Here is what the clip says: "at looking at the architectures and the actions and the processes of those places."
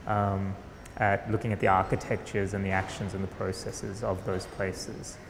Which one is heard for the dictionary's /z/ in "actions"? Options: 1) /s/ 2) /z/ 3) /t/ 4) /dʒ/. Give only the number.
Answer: 2